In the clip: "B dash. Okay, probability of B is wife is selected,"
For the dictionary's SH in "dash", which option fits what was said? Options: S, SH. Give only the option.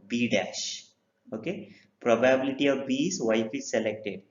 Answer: SH